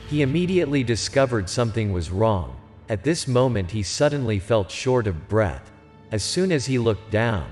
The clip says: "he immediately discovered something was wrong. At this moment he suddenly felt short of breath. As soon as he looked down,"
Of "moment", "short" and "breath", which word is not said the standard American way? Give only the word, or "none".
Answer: none